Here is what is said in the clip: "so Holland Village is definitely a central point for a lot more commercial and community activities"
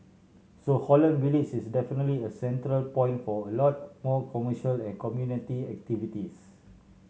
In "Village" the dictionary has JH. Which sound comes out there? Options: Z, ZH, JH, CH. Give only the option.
CH